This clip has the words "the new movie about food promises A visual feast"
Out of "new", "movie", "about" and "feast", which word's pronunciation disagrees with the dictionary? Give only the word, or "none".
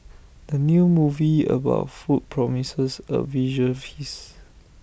feast